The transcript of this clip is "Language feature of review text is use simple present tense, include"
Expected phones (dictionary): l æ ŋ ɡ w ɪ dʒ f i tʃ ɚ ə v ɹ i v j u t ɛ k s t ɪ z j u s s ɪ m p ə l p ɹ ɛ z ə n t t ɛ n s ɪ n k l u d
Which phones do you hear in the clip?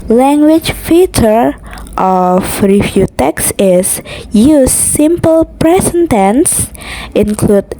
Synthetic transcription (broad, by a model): l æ ŋ ɡ w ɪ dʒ f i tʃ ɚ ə f ɹ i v j u t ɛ k s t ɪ s j u s s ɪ m p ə l p ɹ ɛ s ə n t t ɛ n s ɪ n k l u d